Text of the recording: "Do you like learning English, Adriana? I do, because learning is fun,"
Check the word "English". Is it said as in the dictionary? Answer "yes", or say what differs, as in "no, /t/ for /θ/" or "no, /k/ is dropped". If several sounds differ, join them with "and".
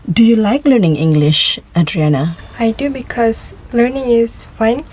yes